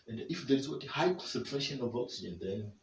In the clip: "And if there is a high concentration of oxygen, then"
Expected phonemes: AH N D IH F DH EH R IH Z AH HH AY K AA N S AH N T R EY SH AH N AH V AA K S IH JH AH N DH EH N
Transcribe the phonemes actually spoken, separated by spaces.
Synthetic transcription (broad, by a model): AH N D IH F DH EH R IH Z AH HH AY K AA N S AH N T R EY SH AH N AH V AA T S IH AH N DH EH N